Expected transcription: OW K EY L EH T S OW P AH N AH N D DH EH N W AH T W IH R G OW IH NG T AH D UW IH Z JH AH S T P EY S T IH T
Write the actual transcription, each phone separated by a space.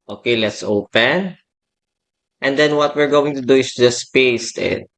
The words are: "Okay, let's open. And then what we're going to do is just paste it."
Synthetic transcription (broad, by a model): OW K EY L EH T S OW P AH N AH N D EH N W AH T W IH R G OW IH NG T AH D UW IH S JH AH S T P EY S T IH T